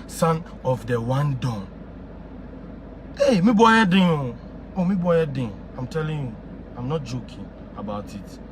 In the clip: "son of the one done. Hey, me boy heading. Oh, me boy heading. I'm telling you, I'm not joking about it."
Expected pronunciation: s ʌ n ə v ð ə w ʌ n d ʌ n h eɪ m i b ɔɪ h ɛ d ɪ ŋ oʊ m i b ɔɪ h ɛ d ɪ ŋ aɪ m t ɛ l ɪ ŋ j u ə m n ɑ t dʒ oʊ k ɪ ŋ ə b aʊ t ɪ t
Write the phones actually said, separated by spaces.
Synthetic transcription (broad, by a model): s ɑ n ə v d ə w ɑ n d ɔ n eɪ m i b ɔɪ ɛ d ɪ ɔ oʊ m i b ɔɪ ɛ d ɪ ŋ aɪ m t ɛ l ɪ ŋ j u ə m n ɑ t dʒ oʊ k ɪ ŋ ə b aʊ t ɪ t